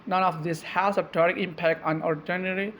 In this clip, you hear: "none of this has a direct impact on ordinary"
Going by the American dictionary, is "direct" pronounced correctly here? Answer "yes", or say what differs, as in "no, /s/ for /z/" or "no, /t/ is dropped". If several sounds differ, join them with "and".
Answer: no, /t/ is dropped